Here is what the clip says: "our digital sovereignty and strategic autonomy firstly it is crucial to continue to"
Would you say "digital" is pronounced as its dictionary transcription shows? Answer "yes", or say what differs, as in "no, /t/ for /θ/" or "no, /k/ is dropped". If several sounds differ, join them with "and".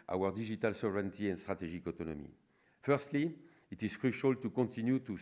no, /ʒ/ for /dʒ/